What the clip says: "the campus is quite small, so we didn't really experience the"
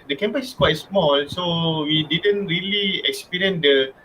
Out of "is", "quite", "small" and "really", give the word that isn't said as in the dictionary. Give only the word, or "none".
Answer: is